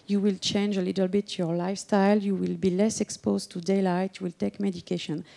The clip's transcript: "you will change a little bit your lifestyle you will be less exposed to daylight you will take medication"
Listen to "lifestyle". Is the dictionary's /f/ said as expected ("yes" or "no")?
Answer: yes